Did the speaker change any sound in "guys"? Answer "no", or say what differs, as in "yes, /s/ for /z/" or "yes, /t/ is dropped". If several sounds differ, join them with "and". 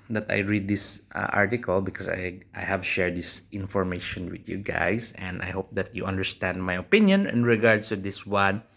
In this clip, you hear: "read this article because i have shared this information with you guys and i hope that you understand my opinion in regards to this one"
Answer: yes, /s/ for /z/